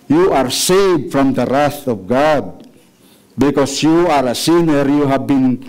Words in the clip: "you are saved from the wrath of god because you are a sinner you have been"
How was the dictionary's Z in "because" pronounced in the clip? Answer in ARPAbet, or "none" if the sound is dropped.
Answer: S